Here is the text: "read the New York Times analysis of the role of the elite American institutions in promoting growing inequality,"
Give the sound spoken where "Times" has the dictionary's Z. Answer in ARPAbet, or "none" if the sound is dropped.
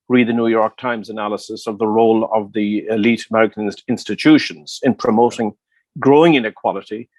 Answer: Z